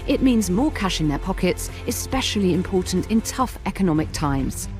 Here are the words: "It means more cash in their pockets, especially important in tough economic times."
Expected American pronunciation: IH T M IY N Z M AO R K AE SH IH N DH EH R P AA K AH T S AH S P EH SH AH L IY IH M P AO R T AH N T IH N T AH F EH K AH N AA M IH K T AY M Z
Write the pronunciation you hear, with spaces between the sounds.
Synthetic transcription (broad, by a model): IH T M IY N Z M AO K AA SH IH N DH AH P AA K AH T S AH S P EH SH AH L IY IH M P AO T N T IH N T AH F EH K AH N AA M IH K T AY M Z